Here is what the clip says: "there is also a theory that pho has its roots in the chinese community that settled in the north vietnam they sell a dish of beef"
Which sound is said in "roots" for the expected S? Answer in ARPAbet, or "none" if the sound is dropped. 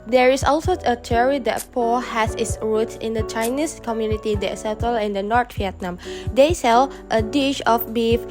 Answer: none